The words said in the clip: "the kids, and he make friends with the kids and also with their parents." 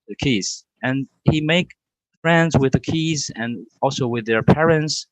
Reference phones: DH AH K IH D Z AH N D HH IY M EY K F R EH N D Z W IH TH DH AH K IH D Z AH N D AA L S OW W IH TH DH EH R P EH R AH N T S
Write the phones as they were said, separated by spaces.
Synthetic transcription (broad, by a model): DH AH K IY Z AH N HH IY M EY K F R EH N D Z W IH DH AH K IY Z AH N AA L S OW W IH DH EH R P EH R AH N T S